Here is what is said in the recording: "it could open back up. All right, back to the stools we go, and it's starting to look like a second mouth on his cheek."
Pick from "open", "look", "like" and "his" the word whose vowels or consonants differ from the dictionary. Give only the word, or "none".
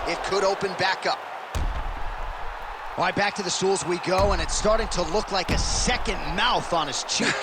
his